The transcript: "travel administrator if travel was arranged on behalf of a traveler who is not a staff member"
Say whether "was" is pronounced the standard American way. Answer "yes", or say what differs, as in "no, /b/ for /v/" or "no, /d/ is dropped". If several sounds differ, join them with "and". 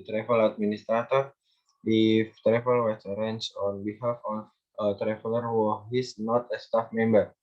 no, /s/ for /z/